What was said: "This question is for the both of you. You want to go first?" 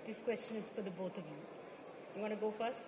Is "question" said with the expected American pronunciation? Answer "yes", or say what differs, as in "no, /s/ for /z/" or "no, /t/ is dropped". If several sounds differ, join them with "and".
yes